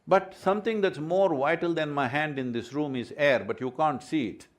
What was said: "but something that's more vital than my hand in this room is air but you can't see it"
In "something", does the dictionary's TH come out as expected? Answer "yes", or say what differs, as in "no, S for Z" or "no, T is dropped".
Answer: no, T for TH